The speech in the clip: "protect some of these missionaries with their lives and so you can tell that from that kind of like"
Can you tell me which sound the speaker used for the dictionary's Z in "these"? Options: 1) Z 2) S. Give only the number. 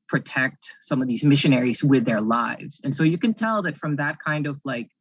1